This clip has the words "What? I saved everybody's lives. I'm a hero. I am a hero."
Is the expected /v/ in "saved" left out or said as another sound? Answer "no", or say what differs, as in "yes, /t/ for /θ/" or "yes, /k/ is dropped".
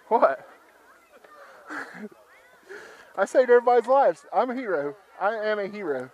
yes, /v/ is dropped